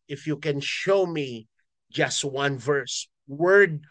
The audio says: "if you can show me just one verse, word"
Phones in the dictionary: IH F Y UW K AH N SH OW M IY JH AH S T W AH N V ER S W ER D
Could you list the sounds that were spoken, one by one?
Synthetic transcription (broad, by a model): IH F Y UW K AH N SH OW M IY JH AH S T W AH N V ER S W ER D